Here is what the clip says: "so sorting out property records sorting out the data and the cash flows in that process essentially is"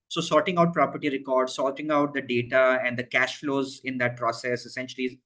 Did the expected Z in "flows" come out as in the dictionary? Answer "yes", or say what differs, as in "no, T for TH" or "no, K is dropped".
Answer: yes